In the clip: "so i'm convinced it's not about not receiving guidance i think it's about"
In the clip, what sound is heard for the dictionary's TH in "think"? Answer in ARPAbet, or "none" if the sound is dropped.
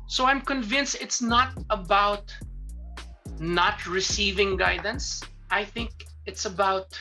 TH